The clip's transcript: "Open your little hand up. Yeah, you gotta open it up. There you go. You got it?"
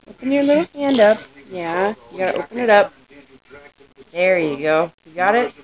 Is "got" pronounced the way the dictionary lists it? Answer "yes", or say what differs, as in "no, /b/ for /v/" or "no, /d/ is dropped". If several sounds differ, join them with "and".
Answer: yes